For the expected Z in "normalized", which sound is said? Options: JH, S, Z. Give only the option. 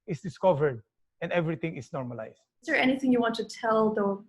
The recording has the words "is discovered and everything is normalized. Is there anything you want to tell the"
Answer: S